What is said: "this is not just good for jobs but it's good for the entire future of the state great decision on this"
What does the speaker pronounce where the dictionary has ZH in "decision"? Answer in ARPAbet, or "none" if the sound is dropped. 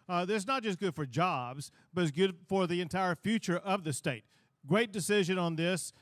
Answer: ZH